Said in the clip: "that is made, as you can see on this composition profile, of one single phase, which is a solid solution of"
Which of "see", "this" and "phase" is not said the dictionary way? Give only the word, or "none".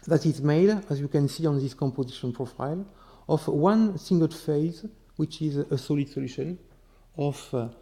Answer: none